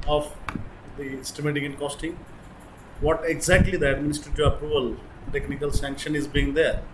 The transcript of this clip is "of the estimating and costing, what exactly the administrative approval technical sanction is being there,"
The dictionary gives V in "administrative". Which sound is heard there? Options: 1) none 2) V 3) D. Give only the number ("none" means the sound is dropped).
1